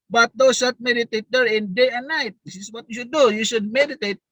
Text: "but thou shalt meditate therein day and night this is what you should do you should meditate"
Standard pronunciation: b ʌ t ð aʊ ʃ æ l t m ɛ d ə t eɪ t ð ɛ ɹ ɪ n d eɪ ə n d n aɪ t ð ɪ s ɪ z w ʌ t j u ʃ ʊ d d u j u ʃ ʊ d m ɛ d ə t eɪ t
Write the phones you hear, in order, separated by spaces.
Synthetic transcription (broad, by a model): b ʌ t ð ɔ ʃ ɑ t m ɛ d ə t eɪ t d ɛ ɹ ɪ n d eɪ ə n n aɪ t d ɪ s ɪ s w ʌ t j u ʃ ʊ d d u j u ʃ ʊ d m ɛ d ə t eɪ t